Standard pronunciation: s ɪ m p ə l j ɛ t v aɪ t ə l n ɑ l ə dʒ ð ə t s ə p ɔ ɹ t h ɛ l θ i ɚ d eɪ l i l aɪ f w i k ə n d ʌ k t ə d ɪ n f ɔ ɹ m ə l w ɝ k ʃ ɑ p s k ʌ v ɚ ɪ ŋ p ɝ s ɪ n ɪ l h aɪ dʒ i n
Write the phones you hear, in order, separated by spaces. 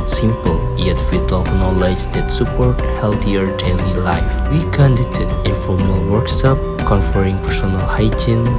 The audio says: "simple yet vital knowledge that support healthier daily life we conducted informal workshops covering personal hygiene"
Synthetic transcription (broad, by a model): s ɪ m p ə l j ɛ t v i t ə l n ɑ l ə dʒ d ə t s ə p ɔ ɹ t h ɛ l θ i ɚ d eɪ l i l aɪ f w i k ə n d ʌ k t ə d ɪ f ɔ ɹ m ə l w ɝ k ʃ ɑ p k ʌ f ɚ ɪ ŋ p ɝ s ɪ n ɪ l h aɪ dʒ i n